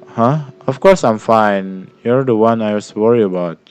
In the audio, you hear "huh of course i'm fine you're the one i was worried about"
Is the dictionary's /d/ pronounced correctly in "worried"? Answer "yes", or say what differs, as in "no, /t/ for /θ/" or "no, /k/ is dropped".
no, /d/ is dropped